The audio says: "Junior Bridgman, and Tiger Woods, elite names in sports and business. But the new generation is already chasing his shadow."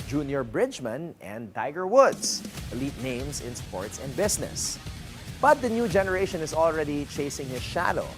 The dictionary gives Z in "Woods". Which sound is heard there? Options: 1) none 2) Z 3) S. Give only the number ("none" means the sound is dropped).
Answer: 3